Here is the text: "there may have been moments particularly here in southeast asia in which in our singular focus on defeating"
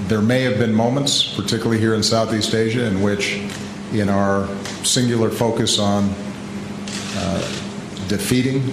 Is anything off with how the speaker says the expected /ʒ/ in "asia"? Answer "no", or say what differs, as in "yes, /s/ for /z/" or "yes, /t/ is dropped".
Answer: no